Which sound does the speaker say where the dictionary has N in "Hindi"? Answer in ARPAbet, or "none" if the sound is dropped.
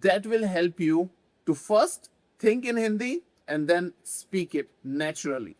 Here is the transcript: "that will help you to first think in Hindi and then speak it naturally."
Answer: N